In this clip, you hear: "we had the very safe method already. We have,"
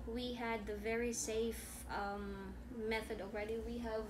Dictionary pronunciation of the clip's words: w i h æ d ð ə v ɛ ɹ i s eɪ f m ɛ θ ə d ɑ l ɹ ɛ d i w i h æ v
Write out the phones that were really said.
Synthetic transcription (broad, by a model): w i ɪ d ð ə v ɛ ɹ i s eɪ f m ɛ θ ə d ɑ l ɹ ɛ d i w i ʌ v